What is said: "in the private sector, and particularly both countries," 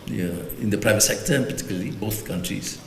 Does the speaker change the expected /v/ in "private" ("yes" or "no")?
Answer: no